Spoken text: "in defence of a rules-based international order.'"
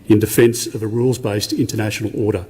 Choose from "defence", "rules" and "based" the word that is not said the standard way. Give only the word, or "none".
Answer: none